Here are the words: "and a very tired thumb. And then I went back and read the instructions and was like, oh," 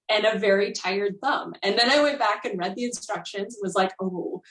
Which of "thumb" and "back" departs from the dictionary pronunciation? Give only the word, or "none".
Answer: none